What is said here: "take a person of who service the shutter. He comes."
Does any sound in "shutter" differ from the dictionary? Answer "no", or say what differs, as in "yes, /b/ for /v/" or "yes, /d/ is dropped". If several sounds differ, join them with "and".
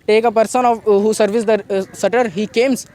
yes, /s/ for /ʃ/